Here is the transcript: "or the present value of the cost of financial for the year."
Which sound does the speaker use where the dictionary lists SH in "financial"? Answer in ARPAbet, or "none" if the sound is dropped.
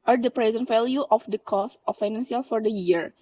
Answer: S